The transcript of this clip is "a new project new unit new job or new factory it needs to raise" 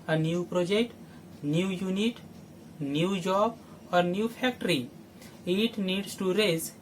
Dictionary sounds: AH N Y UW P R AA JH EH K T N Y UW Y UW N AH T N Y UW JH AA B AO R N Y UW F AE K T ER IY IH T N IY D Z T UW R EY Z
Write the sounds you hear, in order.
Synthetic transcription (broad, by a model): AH N Y UW P R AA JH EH K T N Y UW Y UW N AH T N Y UW JH AA B AO R N Y UW P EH K T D IY IH T N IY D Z T UW R EY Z